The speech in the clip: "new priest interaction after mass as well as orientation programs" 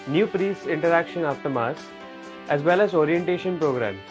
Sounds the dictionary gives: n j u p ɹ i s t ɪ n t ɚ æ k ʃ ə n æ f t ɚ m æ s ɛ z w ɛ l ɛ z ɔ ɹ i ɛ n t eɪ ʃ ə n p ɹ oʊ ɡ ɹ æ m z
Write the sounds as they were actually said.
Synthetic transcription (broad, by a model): n j u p ɹ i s ɪ n t ɚ æ k ʃ ə n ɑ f t ɚ m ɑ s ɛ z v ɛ l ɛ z ɔ ɹ i ɛ n t eɪ ʃ ə n p ɹ oʊ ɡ ɹ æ m